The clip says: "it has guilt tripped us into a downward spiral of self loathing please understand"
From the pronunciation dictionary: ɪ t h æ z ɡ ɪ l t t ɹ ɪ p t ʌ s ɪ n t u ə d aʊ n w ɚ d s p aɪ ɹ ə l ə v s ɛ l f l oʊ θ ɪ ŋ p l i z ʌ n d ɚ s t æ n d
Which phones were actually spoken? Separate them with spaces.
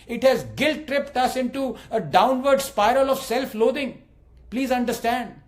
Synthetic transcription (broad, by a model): ɪ t h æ z ɡ ɪ l t t ɹ ɪ p t ʌ s ɪ n t u ə d aʊ n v ɚ d s p aɪ ɹ ə l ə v s ɛ l f l oʊ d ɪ ŋ p l i z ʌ n d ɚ s t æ n d